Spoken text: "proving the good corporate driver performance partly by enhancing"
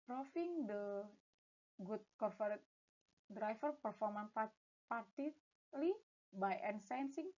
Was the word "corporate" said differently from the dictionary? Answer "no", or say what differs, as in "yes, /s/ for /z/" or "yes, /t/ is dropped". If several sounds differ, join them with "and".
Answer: yes, /f/ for /p/